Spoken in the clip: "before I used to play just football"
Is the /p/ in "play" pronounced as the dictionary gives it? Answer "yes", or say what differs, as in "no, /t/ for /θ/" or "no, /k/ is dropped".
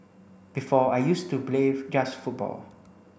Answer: no, /b/ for /p/